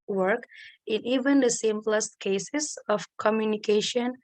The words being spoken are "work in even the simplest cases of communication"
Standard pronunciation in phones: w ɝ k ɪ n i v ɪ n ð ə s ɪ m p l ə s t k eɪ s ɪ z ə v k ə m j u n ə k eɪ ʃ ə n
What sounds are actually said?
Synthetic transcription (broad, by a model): w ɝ k ɪ n i v ɪ n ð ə s ɪ m p l ə s t k eɪ s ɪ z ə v k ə m j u n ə k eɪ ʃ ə n